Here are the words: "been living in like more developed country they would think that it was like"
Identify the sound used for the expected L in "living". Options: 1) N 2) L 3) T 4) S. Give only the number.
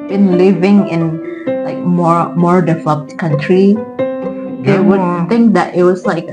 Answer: 2